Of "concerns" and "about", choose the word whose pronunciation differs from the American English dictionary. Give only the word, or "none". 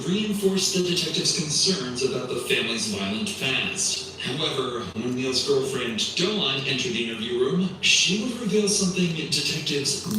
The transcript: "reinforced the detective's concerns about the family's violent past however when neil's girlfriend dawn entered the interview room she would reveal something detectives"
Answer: none